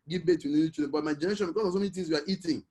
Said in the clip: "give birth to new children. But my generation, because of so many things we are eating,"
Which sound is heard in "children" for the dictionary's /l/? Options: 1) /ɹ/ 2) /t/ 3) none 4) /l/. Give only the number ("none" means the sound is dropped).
3